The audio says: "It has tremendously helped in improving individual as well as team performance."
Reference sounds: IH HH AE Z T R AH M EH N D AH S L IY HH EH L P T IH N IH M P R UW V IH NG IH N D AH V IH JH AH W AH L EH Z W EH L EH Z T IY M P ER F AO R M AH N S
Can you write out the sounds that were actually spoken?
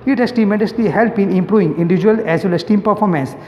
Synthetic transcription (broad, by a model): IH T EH S T AH M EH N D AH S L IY HH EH L P IH N IH M P R UW V IH NG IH N D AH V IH JH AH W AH L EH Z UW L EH S T IY M P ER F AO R M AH N S